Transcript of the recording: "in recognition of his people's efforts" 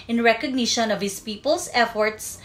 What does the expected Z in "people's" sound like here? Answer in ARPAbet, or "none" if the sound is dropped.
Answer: S